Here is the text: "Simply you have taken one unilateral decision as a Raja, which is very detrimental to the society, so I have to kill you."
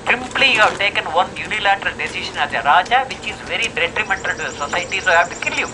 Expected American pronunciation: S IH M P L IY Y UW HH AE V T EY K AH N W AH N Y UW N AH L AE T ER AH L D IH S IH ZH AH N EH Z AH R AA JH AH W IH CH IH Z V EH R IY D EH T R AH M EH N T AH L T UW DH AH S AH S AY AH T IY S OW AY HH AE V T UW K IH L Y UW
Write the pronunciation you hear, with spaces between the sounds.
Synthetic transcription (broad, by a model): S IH M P L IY Y UW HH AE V T EY K AH N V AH N Y UW N AH L AE T ER AH L D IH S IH SH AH N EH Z AH R AA JH AH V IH CH IH Z V EH R IY D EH T R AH M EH N T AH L T UW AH S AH S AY T IY S OW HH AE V T UW K IH L Y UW